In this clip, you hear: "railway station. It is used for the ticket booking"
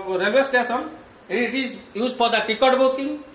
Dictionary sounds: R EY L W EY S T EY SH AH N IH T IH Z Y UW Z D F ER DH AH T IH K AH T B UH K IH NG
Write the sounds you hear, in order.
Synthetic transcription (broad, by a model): R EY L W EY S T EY S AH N IH T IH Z Y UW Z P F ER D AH T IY K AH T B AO K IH NG